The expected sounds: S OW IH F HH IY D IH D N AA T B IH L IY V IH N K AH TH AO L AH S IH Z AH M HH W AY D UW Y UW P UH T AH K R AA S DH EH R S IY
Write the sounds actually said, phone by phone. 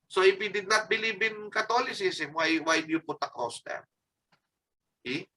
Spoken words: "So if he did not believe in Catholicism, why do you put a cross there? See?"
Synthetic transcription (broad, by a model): S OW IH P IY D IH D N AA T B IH L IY B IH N K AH T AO L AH S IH S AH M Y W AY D Y UW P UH T AH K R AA S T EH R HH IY